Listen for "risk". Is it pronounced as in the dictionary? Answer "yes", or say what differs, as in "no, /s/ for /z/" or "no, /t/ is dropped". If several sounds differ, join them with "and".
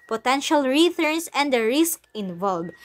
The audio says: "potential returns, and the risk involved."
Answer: yes